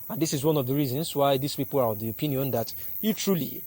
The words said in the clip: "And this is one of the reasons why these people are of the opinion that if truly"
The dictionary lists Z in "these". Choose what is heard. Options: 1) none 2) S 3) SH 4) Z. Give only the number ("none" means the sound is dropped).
2